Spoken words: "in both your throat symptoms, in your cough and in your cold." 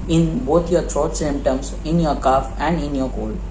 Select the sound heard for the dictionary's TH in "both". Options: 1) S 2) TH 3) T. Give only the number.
3